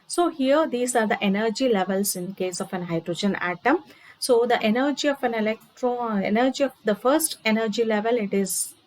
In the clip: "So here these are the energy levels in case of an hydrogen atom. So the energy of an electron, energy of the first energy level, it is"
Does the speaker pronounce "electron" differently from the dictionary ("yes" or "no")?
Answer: yes